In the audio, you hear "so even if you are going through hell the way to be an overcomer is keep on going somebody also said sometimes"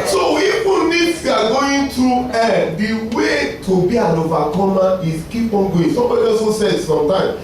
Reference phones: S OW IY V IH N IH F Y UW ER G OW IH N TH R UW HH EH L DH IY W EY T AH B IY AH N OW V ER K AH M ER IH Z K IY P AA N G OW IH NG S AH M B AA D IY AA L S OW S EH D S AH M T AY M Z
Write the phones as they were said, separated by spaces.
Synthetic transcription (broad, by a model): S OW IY F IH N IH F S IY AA G OW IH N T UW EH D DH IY W EY T AH B IY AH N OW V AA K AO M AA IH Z K IY P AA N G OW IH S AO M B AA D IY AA S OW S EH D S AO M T AY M